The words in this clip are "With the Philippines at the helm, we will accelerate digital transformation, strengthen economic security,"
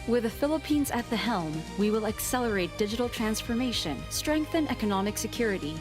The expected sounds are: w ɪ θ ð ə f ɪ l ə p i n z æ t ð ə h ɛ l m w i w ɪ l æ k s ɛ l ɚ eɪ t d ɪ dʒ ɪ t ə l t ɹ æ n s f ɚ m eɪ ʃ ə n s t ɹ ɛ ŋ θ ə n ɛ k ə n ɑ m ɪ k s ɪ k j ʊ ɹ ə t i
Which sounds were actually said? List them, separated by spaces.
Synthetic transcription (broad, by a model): w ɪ ð ə f ɪ l ə p i n z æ t ð ə h ɛ l m w i w ɪ l æ k s ɛ l ɚ eɪ t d ɪ dʒ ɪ t l t ɹ æ n s f ɚ m eɪ ʃ ə n s t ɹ ɛ ŋ θ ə n ɛ k ə n ɑ m ɪ k s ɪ k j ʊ ɹ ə t i